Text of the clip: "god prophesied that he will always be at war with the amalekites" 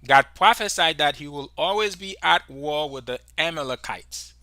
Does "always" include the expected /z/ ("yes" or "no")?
yes